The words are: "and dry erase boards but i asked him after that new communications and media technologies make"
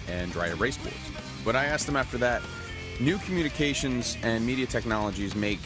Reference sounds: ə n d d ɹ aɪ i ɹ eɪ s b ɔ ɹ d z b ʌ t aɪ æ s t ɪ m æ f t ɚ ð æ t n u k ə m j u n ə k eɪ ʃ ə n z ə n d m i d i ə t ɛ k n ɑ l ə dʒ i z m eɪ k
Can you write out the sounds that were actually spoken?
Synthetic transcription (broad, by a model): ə n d d ɹ aɪ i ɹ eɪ s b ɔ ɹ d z b ʌ t aɪ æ s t ɪ m æ f t ɚ ð æ t n u k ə m j u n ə k eɪ ʃ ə n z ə n m i d i ə t ɛ k n ɑ l ə dʒ i z m eɪ k